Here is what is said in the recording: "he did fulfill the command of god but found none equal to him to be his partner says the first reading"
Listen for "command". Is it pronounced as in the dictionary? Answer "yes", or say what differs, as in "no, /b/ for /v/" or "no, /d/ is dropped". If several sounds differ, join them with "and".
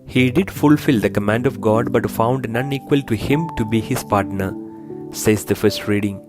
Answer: yes